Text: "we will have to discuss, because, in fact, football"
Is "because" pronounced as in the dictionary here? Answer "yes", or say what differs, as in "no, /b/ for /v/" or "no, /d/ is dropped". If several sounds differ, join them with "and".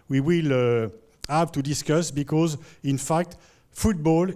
yes